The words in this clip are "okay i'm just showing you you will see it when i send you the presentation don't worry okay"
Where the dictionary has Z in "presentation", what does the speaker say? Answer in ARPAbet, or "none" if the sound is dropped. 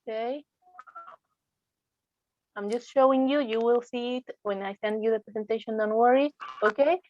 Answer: S